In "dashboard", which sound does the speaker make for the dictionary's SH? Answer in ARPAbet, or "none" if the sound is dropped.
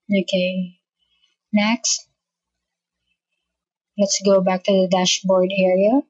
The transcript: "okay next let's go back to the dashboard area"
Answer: SH